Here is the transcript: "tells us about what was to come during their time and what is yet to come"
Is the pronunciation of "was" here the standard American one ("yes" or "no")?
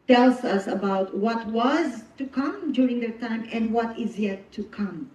yes